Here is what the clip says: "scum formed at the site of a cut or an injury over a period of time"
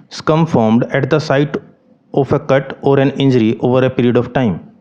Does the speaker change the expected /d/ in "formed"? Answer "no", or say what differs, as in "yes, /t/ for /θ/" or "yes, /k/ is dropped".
no